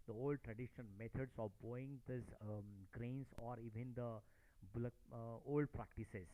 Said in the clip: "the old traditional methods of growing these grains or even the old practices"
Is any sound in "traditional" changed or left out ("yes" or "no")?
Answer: yes